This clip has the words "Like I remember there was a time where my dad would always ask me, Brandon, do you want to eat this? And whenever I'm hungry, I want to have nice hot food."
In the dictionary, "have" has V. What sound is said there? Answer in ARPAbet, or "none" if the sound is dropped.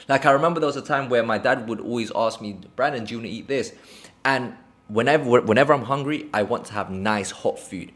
V